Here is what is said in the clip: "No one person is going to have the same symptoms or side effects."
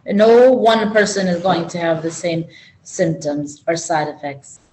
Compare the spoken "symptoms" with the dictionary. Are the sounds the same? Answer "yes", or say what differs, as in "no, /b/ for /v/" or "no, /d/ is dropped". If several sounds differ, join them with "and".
yes